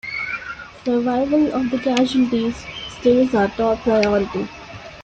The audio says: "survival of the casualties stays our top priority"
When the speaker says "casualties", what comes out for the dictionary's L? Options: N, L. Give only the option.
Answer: N